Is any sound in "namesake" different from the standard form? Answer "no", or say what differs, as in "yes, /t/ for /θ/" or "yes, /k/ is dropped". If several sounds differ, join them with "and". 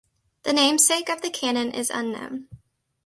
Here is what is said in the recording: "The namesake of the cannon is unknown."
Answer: no